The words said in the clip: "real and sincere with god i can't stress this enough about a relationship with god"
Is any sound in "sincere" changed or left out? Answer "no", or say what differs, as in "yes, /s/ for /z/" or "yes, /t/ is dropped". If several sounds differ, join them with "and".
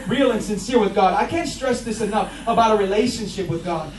no